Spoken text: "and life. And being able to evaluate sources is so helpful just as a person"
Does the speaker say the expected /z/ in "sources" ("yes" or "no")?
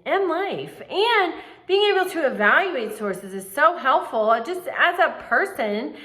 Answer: yes